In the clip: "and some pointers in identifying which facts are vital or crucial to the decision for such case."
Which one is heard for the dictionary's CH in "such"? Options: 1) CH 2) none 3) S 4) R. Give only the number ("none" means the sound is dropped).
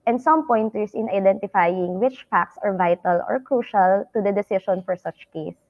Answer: 1